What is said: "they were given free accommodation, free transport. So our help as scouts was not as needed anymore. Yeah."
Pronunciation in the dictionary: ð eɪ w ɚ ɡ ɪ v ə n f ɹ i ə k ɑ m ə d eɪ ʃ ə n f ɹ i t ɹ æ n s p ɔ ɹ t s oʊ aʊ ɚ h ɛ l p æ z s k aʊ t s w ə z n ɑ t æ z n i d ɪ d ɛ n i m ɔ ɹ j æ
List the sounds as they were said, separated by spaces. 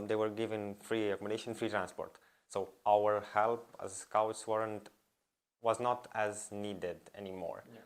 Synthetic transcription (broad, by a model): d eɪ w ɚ ɡ ɪ v ə n f ɹ i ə k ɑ m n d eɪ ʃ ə n f ɹ i t ɹ æ n s p ɔ ɹ t s oʊ aʊ ɚ h ɛ l p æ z s k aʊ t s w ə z n ɑ t æ z n i d ɪ d ɛ n i m ɔ ɹ